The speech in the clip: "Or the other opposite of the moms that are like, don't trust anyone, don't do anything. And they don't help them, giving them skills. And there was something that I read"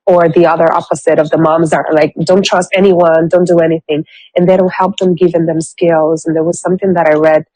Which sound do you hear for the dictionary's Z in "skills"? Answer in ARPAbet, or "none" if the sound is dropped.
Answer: Z